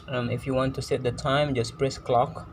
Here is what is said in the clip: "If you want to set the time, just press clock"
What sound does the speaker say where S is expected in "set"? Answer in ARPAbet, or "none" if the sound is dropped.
S